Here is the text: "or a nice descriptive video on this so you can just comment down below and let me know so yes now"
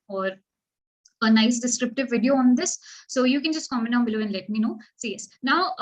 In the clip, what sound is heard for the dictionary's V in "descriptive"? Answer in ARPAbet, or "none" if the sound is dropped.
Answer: V